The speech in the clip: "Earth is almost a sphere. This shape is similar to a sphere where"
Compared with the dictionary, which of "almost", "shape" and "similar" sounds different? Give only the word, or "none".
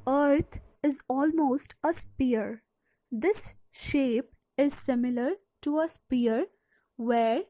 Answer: none